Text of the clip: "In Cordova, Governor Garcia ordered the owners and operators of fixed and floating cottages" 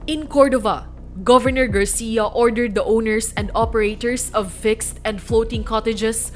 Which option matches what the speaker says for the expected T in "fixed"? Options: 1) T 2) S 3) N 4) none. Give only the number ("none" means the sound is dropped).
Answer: 1